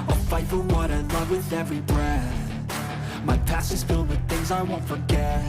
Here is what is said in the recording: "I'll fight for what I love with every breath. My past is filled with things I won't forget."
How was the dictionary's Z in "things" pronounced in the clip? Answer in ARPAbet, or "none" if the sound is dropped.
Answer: Z